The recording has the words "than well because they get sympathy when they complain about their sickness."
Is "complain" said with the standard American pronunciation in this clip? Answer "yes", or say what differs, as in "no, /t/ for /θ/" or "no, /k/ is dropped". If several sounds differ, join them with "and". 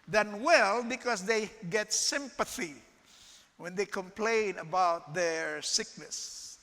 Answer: yes